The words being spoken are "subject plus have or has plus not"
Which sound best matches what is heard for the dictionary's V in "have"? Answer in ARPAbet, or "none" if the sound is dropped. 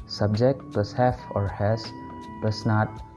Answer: F